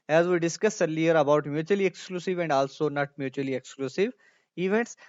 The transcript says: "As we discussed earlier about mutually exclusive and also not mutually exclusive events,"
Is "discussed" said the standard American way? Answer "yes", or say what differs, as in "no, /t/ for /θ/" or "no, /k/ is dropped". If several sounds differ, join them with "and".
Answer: no, /t/ is dropped